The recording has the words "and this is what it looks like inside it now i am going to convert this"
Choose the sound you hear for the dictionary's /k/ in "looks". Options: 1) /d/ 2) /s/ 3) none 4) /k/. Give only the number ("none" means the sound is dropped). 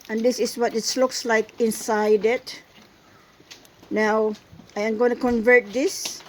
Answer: 4